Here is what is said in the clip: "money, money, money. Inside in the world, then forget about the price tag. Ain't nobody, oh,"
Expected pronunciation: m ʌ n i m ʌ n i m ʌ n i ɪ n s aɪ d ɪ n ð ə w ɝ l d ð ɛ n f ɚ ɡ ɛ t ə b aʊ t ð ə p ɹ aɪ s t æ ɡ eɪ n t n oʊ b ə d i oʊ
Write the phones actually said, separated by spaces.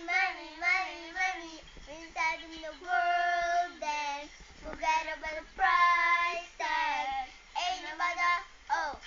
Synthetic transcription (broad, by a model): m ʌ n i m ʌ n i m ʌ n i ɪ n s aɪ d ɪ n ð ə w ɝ l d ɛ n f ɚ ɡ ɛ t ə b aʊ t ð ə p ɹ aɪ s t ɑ eɪ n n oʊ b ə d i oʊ